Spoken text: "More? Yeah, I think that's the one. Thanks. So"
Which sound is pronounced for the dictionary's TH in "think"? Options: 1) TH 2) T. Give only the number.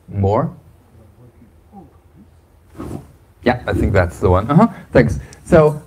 1